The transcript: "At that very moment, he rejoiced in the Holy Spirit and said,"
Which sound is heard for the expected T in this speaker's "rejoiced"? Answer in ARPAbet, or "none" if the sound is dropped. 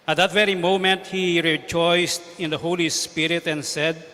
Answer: T